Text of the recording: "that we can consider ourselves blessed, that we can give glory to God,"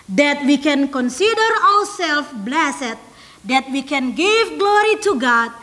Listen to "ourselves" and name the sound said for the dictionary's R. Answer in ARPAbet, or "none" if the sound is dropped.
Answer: W